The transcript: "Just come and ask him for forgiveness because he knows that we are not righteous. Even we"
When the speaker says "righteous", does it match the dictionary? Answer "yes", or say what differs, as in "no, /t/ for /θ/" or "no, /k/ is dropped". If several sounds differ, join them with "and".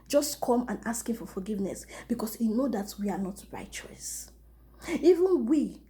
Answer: yes